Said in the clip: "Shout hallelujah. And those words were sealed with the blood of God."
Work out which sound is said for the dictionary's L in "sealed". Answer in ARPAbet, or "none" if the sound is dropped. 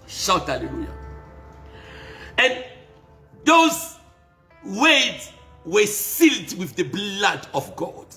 L